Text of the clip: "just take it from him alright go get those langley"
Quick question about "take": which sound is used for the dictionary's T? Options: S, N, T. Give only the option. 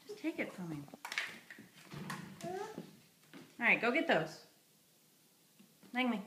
T